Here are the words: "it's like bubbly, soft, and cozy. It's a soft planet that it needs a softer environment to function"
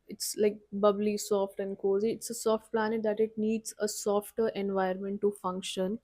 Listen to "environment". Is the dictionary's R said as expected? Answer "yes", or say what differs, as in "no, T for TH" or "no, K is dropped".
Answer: no, R is dropped